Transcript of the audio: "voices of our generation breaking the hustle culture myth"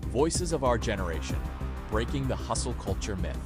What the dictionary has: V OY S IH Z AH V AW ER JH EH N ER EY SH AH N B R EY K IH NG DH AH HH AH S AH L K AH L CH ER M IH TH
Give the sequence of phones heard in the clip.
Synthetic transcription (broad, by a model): V OY S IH Z AH V AW ER JH EH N ER EY SH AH N B R EY K IH NG DH AH HH AH S L K AH L CH ER M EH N